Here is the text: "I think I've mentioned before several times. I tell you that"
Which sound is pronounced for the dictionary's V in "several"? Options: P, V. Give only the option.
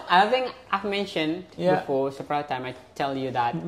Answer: P